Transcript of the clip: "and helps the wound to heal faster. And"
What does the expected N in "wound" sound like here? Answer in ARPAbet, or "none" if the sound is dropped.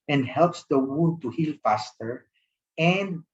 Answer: none